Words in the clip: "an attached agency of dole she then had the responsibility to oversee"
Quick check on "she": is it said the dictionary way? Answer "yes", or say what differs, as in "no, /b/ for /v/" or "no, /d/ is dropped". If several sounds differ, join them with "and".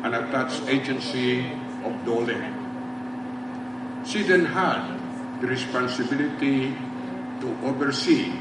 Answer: no, /s/ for /ʃ/